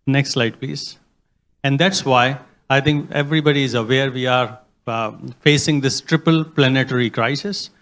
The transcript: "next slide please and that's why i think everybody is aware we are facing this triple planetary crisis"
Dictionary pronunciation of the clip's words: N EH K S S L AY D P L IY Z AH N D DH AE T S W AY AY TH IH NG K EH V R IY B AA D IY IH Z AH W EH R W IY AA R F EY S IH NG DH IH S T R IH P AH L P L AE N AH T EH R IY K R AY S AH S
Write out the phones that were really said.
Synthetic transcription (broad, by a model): N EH K S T L AY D P L IY Z AH N D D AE T S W AY AY T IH NG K EH V R IY B AA D IY IH Z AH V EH R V IY AA R F EY S IH NG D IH S T R IH P AH L P L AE N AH T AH R IY K R AY S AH S